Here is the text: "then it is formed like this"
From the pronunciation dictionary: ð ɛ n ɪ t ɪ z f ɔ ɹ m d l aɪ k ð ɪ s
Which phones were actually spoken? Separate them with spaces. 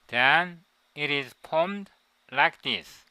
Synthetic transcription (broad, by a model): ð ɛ n ɪ t ɪ z p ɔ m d l aɪ k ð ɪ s